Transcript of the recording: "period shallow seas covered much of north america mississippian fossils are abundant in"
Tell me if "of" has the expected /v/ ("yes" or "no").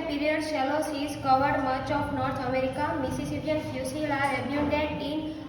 no